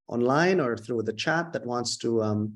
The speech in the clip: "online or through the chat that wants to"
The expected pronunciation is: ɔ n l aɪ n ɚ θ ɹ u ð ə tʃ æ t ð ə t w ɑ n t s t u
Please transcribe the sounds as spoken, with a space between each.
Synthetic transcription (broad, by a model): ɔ n l aɪ n ɚ θ ɹ u ð ə tʃ æ t ð ə t w ɑ n t s t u